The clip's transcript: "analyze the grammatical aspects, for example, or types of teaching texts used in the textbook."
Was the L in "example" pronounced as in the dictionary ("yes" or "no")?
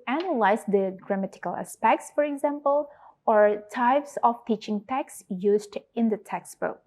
yes